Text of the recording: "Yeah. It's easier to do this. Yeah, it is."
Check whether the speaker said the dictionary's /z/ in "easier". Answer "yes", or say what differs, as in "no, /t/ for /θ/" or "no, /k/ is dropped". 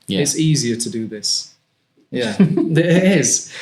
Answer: yes